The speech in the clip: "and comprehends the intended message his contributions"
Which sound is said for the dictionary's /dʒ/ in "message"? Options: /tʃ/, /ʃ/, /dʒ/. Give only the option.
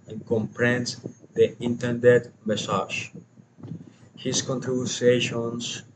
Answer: /ʃ/